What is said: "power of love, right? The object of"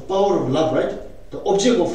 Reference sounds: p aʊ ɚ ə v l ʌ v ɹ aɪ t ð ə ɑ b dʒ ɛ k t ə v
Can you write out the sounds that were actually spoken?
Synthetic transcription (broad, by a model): p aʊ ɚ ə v l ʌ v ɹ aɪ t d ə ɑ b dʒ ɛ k ə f